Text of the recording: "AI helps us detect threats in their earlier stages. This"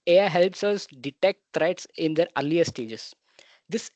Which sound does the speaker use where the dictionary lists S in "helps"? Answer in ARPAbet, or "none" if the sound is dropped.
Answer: S